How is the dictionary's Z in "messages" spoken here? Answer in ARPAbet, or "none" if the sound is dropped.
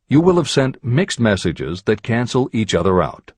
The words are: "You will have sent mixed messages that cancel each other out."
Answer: Z